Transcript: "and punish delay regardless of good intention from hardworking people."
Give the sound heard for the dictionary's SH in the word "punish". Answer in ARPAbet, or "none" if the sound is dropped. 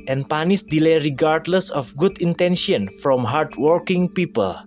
S